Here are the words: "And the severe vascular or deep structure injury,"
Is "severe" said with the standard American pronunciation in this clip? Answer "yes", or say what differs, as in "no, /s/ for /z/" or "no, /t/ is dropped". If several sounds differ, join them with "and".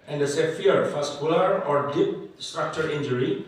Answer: no, /f/ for /v/